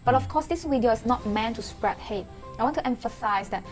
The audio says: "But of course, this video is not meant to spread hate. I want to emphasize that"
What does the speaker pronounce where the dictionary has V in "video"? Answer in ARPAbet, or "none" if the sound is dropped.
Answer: W